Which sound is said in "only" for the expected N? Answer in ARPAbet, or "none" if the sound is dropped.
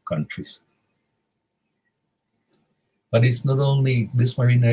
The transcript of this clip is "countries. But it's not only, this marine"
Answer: N